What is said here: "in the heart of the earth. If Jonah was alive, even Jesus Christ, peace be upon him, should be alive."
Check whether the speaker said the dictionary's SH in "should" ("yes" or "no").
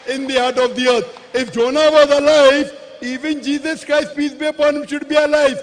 yes